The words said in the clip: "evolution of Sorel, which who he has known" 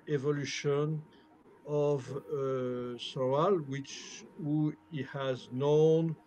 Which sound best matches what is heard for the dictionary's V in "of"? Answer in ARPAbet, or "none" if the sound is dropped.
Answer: V